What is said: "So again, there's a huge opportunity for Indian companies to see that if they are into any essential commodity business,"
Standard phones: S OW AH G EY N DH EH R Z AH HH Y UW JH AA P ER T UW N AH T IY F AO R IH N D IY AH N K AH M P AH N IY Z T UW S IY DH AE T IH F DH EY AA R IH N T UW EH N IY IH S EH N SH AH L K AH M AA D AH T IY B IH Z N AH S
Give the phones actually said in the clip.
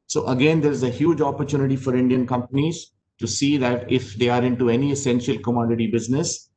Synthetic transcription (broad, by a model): S OW AH G EY N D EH R Z AH HH Y UW JH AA P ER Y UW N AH T IY F AO R IH N D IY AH N K AH M P AH N IY Z T UW S IY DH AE T IH F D EY AA R IH N T UW EH N IY IH S EH N SH AH L K AH M AA D AH T IY B IH Z N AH S